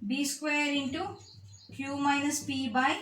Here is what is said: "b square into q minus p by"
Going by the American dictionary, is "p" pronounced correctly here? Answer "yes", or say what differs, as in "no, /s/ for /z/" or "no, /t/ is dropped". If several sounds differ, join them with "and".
yes